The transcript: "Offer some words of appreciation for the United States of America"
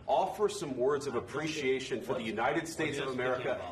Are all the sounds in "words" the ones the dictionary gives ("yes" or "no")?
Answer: yes